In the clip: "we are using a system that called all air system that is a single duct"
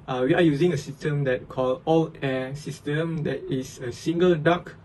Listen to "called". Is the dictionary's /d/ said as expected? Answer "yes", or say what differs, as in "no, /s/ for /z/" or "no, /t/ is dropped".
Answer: no, /d/ is dropped